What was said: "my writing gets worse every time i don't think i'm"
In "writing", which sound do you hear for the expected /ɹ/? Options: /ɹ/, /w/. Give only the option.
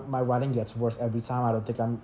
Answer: /w/